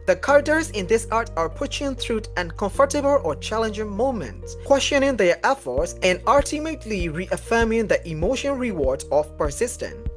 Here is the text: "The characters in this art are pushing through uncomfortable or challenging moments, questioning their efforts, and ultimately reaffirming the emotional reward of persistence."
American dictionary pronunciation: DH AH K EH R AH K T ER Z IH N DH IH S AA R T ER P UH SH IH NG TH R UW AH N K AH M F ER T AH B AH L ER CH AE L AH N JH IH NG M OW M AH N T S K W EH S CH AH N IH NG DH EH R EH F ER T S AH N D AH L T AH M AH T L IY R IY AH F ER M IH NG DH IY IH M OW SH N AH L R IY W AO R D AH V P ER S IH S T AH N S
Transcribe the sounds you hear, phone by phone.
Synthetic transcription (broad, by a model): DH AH K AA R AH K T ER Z IH N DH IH S AA R T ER P UH SH IH NG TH R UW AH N K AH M F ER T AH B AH L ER CH AE L AH N JH IH NG M OW M AH N T S K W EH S CH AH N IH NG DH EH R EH F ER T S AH N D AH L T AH M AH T L IY R IY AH F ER M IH NG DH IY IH M OW SH AH N R IY W AO R D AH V P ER S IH S T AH N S